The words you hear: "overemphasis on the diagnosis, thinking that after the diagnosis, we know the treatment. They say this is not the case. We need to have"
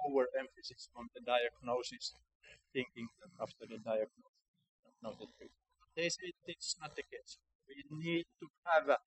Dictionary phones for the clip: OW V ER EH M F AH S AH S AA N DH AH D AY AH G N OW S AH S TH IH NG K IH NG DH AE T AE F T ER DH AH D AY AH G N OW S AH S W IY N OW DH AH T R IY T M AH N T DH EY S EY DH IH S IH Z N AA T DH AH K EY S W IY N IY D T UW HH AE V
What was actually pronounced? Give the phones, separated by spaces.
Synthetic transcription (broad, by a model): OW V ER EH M F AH S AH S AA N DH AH D AY AH G N OW S AH S TH IH NG K IH NG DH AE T AE F T ER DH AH D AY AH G N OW AH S N OW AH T IY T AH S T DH EY S EY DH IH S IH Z N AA T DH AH K EY S W IY N IY D T UW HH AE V